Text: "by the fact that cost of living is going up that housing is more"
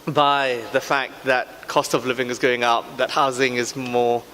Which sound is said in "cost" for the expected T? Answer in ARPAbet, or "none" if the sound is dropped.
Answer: T